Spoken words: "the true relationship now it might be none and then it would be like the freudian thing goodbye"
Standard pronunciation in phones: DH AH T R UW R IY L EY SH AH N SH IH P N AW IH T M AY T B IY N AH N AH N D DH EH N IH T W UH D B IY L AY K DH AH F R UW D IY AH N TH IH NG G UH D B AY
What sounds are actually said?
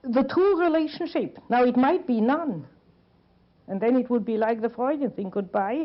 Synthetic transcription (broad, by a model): DH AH T UW R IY L EY SH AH N SH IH P N AW IH T M AY T B IY N AH N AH N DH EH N IH T W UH D B IY L AY K DH AH F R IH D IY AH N TH IH NG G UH D B AY